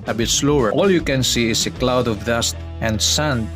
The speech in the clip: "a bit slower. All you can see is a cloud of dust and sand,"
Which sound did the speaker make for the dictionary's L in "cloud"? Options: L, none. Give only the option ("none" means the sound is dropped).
L